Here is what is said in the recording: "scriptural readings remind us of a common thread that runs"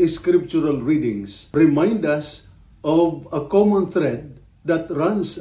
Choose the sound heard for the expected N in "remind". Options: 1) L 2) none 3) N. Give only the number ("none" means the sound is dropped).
3